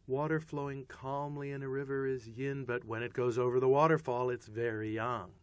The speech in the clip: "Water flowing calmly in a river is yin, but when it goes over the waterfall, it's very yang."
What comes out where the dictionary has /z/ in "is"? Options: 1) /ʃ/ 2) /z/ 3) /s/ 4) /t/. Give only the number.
2